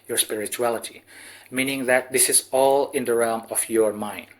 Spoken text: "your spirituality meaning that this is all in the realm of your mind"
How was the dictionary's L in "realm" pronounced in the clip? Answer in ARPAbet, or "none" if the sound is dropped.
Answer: L